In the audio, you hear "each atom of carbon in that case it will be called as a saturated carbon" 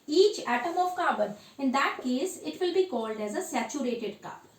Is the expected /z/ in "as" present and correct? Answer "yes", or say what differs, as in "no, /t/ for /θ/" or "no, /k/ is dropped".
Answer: yes